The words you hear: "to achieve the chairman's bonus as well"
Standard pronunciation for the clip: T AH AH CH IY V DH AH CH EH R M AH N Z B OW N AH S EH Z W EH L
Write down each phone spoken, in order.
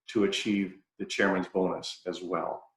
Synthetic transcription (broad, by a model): T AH AH CH IY V DH AH CH EH R M AH N Z B OW N AH S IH Z W EH L